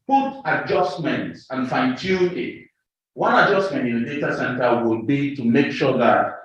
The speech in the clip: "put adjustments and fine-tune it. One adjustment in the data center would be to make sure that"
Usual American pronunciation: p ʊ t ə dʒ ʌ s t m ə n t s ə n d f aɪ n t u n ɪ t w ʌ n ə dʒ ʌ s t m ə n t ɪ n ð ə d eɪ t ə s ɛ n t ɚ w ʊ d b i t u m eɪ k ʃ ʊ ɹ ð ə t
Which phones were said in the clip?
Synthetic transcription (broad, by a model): p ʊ t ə dʒ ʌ s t m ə n t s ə n f aɪ n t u ɪ t w ʌ n ə dʒ ʌ s t m ə n t ɪ n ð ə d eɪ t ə s ɛ n t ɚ w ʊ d b i t u m eɪ k ʃ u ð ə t